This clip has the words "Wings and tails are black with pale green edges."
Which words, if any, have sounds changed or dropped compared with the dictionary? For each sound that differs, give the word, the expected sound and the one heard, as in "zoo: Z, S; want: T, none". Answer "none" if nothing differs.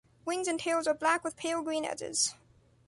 none